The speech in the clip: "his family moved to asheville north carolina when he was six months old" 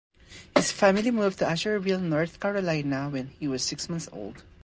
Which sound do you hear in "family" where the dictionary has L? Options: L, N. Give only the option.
L